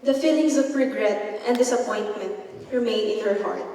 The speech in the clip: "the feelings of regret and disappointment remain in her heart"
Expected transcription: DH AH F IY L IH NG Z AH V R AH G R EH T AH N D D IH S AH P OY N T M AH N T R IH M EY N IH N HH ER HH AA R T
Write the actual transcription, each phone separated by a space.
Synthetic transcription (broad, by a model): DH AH F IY L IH NG S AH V R AH G R EH T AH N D D IH S AH P OY N T M AH N T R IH M EY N IH N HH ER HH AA R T